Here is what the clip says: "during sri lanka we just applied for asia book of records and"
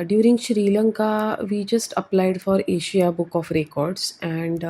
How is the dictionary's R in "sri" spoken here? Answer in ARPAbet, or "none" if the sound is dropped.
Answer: R